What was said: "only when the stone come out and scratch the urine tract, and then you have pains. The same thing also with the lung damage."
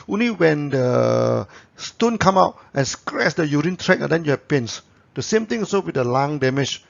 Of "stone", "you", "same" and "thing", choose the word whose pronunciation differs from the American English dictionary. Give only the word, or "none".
thing